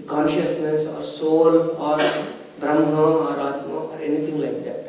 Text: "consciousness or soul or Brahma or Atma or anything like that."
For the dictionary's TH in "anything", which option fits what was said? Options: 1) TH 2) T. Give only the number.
2